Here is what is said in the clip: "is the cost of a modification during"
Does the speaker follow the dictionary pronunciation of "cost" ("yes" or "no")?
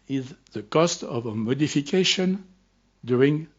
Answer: yes